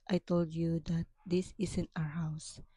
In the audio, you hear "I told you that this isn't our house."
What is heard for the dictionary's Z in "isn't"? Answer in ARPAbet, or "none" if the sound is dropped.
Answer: S